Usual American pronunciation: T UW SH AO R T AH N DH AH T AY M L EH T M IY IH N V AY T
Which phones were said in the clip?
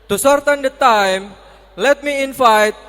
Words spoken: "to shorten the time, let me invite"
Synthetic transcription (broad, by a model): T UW S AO R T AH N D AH T AY M L EH T M IY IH N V AY T